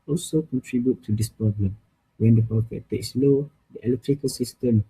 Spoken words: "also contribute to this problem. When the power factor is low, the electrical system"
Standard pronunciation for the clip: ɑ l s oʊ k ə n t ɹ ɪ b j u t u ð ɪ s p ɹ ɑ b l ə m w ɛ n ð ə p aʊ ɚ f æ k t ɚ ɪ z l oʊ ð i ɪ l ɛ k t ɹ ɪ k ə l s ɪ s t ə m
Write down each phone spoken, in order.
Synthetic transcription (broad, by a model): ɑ l s oʊ k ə n t ɹ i b j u t u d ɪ s p ɹ ɑ b l ə m w ɛ n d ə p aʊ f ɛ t t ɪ s l oʊ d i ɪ l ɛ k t ɹ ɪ k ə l s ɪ s t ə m